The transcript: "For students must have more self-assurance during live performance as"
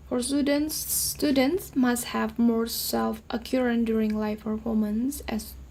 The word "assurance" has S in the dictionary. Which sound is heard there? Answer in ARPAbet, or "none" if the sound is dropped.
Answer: none